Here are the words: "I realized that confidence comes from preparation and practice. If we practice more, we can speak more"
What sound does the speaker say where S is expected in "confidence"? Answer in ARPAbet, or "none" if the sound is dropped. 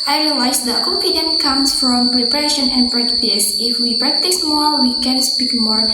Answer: none